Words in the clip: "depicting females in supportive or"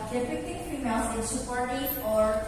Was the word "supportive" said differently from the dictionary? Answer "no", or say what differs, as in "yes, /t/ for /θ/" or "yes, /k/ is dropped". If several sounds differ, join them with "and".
yes, /v/ is dropped